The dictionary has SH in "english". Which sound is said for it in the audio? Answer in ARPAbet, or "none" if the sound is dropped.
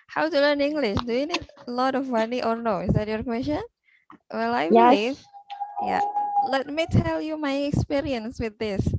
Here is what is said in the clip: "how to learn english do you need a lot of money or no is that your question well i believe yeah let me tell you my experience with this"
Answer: SH